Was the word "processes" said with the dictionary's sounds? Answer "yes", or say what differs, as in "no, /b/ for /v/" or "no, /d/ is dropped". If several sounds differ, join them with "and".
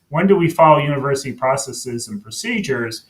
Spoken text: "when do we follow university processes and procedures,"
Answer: yes